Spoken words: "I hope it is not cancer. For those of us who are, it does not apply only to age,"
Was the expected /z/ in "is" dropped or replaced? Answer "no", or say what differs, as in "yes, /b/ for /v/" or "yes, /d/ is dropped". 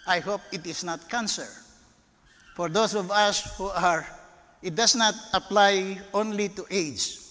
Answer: yes, /s/ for /z/